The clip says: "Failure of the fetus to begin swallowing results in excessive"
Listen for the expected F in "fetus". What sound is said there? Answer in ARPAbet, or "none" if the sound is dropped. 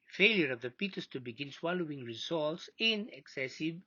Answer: P